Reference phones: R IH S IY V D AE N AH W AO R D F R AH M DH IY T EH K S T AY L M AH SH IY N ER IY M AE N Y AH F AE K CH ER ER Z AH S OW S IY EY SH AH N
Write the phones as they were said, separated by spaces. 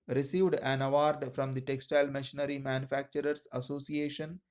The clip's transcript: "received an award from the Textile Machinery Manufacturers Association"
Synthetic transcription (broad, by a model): R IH S IY V D AE N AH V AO R D F R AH M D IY T EH K S T AY L M AH SH IY N ER IY M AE N Y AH F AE K CH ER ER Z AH S OW S IY EY SH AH N